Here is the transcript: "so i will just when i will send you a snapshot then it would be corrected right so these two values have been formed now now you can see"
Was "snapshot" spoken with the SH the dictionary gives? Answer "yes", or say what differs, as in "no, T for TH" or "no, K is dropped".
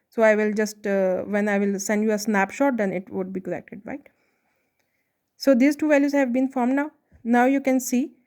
yes